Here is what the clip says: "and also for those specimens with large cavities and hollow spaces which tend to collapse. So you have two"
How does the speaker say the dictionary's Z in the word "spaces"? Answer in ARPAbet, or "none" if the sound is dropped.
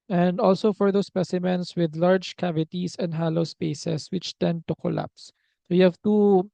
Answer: S